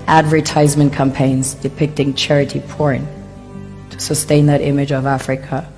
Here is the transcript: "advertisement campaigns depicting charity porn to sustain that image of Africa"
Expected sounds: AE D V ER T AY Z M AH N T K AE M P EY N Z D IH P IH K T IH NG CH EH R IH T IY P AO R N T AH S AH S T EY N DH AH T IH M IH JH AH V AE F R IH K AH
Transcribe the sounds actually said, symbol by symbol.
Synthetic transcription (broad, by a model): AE D V ER T AY Z M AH N K AE M P EY N Z D IH P IH K T IH NG CH EH R IH T IY P AO R N T AH S AH S T EY N DH AH T IH M IH JH AH V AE F R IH K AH